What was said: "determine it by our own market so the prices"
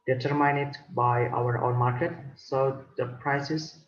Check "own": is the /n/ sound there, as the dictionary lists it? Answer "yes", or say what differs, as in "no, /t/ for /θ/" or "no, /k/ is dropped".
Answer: yes